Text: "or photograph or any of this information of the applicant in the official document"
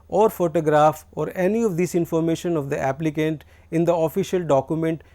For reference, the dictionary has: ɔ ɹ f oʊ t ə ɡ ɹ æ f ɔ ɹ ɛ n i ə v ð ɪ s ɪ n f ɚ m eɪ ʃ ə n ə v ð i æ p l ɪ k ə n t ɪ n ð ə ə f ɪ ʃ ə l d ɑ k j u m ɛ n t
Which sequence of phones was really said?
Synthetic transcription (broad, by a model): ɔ ɹ f oʊ t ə ɡ ɹ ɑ f ɔ ɹ ɛ n i ə v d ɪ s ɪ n f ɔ m eɪ ʃ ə n ə v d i æ p l ɪ k ə n t ɪ n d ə ə f ɪ ʃ ə l d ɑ k j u m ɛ n t